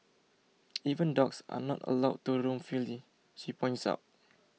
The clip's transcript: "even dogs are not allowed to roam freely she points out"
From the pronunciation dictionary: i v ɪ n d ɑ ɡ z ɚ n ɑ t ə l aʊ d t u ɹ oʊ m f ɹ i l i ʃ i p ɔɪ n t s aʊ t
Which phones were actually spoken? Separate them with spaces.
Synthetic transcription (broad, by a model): i v ɪ n d ɑ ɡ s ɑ n ɑ t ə l aʊ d t u ɹ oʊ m f i l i ʃ i p ɔɪ n t s aʊ t